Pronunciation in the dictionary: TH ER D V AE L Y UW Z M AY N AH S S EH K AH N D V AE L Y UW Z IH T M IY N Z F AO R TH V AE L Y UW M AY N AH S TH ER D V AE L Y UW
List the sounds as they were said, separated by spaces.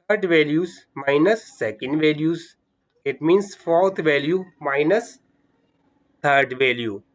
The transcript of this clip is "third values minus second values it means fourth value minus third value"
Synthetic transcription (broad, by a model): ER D V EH L Y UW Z M AY N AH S S EH K AH N D V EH L Y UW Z IH T M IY N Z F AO R T V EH L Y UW M AY N AH S T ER D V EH L Y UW